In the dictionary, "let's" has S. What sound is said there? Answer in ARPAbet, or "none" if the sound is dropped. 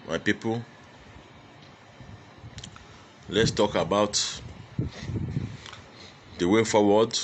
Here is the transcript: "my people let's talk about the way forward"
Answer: S